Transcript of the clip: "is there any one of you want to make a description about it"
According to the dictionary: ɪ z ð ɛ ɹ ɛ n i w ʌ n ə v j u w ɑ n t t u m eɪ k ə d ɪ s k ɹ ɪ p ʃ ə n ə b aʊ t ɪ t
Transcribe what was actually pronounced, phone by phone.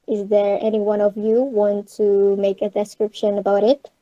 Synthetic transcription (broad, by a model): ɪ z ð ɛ ɹ ɛ n i w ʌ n ə v j u w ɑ n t t u m eɪ k ə d ɪ s k ɹ ɪ p ʃ ə n ə b aʊ t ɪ t